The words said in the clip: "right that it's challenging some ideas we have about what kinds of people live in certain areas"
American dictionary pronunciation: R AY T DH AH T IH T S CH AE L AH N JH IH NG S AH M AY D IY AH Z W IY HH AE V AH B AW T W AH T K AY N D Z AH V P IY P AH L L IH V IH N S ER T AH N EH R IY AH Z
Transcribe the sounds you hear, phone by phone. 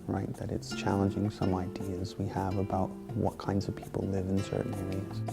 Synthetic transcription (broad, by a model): R AY T DH AH T IH T S CH AE L AH N JH IH NG S AH M AY D IY AH Z W IY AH V AH B AW T W AH T K AY N D Z AH V P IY P L L IH V IH N S ER T N EH R IY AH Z